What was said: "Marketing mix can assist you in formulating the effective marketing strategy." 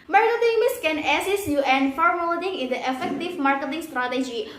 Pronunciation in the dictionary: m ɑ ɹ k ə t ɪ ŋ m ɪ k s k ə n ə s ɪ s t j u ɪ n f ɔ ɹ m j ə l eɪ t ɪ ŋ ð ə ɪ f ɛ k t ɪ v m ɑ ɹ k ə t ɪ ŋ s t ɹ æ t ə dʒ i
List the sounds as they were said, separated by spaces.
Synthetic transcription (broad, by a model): m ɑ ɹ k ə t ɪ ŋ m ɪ s k ə n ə s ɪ s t j u ɪ n f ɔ ɹ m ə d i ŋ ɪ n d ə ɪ f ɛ k t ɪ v m ɑ ɹ k ə t ɪ ŋ s t ɹ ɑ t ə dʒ i